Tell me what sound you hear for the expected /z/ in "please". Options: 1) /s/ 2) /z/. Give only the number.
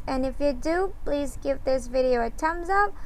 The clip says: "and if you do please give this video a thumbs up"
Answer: 2